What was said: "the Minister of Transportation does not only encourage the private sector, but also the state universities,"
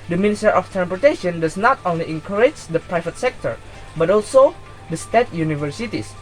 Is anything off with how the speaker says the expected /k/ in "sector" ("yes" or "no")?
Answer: no